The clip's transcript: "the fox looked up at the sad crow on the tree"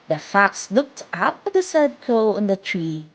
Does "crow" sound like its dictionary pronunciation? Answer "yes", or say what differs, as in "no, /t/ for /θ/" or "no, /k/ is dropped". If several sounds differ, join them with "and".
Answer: no, /ɹ/ is dropped